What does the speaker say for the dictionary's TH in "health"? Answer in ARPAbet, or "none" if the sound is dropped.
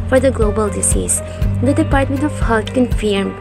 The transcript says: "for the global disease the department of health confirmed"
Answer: T